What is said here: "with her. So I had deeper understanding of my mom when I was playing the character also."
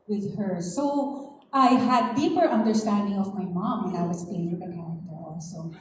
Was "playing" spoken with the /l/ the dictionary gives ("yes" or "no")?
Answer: no